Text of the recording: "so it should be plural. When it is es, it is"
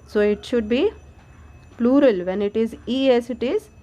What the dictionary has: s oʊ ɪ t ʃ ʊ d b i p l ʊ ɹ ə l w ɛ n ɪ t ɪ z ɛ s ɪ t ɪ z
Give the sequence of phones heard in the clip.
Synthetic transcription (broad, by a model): s oʊ ɪ t ʃ ʊ d b i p l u ɹ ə l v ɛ n ɪ t ɪ z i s ɪ t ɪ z